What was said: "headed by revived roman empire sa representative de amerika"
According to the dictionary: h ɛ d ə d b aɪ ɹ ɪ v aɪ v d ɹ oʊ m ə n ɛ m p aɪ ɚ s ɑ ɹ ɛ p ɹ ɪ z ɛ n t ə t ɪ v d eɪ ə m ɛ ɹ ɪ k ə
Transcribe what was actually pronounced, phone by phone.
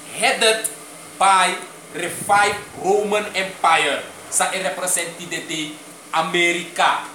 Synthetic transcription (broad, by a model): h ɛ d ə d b aɪ ɹ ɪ f aɪ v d ɹ oʊ m ə n ɛ m p aɪ ɚ s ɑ ɹ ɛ p ɹ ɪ s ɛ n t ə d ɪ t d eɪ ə m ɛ ɹ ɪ k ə